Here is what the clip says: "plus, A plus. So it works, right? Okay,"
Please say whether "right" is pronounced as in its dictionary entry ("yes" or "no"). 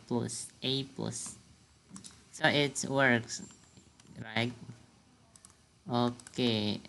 yes